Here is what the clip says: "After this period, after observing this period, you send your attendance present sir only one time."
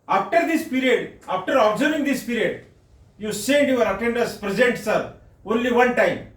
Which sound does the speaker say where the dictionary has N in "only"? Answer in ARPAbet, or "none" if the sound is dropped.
N